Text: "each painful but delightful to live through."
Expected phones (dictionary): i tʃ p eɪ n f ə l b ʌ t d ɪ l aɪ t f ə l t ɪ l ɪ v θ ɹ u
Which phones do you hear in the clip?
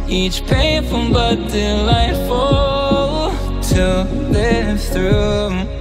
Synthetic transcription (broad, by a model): i tʃ p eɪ f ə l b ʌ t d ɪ l aɪ t f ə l t ɪ l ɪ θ ɹ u